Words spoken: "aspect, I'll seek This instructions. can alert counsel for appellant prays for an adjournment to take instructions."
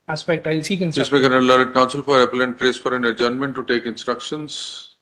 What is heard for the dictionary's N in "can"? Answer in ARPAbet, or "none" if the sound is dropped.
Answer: L